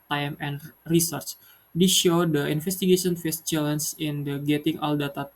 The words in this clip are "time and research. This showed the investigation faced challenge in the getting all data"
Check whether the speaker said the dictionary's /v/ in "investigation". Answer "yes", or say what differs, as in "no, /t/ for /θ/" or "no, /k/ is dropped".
no, /f/ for /v/